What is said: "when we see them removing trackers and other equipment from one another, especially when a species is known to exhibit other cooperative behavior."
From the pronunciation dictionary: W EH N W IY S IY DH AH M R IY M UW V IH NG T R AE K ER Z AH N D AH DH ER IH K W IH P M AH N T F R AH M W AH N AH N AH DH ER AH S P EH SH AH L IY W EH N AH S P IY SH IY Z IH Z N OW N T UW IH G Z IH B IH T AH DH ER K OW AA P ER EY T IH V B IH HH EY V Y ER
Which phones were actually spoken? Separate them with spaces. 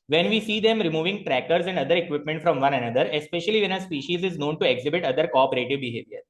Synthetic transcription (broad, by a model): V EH N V IY S IY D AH M R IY M UW V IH NG T R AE K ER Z AH N D AH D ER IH K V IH P M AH N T F R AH M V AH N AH N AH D ER AH S P EH SH AH L IY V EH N AH S P IY SH IY Z IH Z N OW N T UW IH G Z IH B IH T AH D ER K OW AA P ER EY T IH V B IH HH EY V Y ER